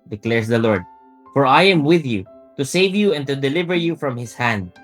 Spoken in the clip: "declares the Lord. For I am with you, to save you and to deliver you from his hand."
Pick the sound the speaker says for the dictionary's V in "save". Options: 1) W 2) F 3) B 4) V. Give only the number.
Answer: 4